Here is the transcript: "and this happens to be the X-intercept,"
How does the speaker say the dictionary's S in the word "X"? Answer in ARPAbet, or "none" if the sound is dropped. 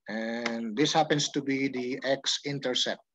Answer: S